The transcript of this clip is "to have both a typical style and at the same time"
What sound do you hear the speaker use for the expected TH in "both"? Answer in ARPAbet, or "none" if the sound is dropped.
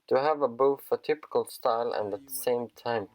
F